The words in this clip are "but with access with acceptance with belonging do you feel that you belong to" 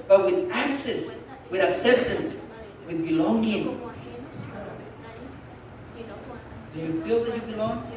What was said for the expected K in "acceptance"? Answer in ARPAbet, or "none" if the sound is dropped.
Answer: none